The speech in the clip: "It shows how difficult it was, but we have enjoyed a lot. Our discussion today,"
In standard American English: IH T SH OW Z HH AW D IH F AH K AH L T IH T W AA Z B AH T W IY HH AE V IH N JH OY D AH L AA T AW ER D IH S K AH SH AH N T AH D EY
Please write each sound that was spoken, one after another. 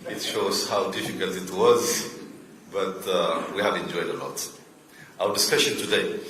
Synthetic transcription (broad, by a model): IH T SH OW Z HH AW D IH F AH K AH L T IH T W AA Z B AH T W IY HH AE V IH N JH OY D AH L AA T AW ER D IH S K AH SH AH N T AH D EY